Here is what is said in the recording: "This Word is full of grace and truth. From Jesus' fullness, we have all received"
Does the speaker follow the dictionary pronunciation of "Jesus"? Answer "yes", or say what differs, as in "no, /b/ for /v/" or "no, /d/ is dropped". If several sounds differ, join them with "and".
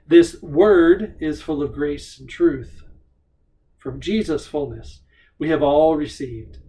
yes